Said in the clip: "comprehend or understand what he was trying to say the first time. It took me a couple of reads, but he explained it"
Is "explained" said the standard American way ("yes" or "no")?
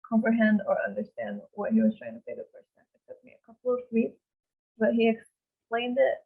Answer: yes